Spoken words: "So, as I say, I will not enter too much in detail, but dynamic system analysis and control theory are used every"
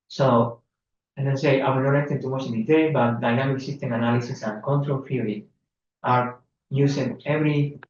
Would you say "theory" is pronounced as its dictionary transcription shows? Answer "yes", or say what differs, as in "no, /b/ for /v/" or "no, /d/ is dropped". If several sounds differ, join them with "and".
no, /f/ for /θ/